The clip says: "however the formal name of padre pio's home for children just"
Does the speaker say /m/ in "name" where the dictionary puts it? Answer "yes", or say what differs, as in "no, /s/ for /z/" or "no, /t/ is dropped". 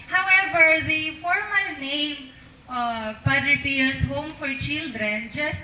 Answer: no, /m/ is dropped